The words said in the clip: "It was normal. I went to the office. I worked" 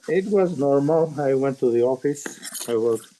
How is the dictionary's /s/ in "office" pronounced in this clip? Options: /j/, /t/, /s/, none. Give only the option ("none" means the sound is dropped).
/s/